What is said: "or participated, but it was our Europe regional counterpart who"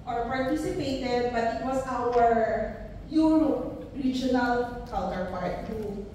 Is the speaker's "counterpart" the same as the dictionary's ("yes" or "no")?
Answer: no